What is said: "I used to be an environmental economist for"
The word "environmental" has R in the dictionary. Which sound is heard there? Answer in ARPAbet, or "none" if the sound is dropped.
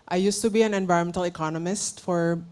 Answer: none